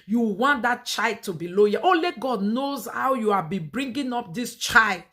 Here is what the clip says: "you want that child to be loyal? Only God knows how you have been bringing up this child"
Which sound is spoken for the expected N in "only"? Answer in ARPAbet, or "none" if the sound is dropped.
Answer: none